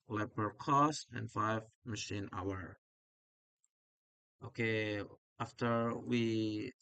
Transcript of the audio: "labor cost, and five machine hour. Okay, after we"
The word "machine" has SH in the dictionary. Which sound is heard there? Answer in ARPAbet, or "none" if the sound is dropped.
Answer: SH